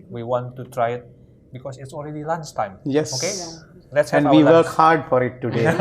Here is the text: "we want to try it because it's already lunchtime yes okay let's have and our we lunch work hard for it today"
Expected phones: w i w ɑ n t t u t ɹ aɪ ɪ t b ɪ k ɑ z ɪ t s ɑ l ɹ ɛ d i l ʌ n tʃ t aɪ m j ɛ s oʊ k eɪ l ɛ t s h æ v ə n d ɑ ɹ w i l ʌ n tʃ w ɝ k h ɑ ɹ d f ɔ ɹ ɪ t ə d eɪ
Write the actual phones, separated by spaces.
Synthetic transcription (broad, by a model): w i w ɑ n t t u t ɹ aɪ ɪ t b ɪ k ɑ s ɪ t s ɑ l ɹ ɛ d i l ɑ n s t aɪ m j ɛ s oʊ k eɪ l ɛ t s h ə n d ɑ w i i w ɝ k h ɑ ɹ d f ɔ ɹ ɪ t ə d eɪ